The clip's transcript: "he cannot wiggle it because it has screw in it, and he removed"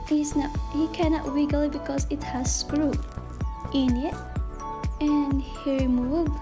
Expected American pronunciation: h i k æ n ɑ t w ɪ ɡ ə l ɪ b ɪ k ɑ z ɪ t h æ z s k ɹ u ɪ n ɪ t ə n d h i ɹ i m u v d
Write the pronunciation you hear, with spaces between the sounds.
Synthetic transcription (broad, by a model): h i k æ n ɑ t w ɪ ɡ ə l ɪ b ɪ k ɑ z ɪ t h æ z s k ɹ u ɪ n ɪ t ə n h i ɹ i m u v